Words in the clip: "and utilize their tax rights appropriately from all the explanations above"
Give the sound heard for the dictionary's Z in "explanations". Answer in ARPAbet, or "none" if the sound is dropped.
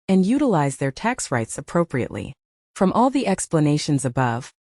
Z